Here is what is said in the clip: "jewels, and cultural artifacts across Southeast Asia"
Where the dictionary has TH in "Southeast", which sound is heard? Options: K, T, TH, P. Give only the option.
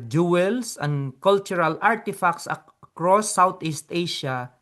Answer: T